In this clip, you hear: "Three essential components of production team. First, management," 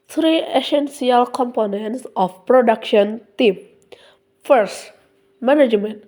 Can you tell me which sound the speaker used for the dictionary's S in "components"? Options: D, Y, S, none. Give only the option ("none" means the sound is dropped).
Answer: S